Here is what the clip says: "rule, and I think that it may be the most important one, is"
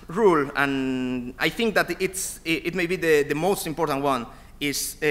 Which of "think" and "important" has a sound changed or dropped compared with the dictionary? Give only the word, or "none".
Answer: none